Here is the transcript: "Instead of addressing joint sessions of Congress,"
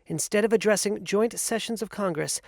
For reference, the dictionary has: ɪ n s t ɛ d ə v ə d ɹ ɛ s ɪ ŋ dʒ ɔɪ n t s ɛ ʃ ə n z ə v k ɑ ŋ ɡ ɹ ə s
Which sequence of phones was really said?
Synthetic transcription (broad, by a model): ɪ n s t ɛ d ə v ə d ɹ ɛ s ɪ ŋ dʒ ɔɪ n t s ɛ ʃ ə n z ə v k ɑ ŋ ɡ ɹ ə s